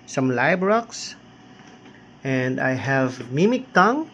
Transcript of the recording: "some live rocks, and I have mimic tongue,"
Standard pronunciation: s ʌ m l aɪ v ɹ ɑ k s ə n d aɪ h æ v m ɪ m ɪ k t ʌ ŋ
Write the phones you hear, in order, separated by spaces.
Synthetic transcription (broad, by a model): s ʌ m l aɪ b ɹ ɑ k s ə n d aɪ h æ v m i m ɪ k t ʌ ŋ